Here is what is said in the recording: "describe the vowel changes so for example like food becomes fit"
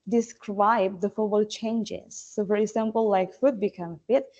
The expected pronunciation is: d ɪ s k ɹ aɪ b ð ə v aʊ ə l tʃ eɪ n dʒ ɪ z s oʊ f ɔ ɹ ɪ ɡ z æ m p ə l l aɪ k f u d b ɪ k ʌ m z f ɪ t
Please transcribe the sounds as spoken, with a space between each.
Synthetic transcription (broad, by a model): d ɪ s k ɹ aɪ b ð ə f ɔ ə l tʃ eɪ n dʒ ɪ z s oʊ f ɔ ɹ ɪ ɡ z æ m p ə l l aɪ k f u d b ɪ k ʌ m f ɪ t